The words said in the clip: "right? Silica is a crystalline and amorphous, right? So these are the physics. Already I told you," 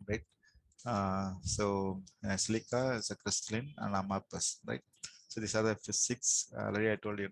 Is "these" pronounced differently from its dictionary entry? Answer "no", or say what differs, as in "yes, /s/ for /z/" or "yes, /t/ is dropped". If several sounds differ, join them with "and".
yes, /s/ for /z/